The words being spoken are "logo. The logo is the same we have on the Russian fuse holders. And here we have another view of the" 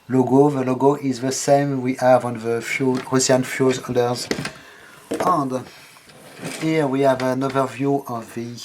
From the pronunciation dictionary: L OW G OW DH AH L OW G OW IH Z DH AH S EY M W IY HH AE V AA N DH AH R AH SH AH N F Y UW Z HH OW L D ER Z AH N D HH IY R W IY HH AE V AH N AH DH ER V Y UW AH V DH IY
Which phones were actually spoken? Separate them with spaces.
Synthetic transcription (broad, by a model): L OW G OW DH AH L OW G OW IH Z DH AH S EY M W IY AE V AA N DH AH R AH S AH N F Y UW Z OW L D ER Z AH N D HH IY R W IY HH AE V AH N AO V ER V Y UW AH V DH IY